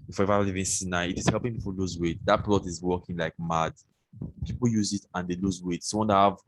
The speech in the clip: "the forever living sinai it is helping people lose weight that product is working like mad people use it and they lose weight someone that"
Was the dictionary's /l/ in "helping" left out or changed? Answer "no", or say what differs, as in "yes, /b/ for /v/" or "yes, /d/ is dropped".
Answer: no